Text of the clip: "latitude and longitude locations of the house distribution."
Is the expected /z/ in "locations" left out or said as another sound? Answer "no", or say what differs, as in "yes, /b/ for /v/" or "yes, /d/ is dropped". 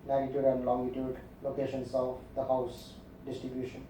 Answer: yes, /s/ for /z/